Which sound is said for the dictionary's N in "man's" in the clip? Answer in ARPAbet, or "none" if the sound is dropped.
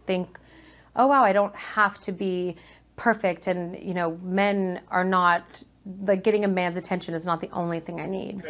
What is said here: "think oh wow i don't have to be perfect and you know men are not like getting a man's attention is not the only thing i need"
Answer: N